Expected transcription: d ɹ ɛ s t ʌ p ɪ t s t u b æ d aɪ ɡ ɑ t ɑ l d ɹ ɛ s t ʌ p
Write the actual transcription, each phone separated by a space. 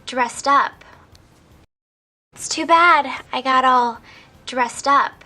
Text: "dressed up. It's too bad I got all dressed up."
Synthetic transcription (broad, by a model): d ɹ ɛ s t ʌ p ɪ t s t u b æ d aɪ ɡ ɑ t ɑ l d ɹ ɛ s t ʌ p